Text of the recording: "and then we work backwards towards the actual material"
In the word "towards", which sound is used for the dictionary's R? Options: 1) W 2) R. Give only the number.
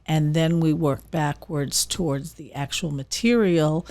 2